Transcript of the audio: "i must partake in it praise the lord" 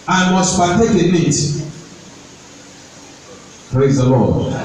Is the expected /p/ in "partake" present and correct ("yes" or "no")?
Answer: no